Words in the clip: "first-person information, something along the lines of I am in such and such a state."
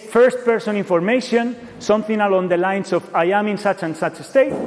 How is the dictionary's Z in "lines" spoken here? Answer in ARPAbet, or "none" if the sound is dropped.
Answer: S